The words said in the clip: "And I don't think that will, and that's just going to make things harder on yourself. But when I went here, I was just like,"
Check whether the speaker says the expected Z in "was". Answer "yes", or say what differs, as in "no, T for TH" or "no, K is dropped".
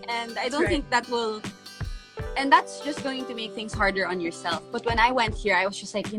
no, S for Z